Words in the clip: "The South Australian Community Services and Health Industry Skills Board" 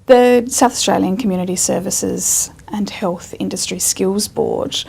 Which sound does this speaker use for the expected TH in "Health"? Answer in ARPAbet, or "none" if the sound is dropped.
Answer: TH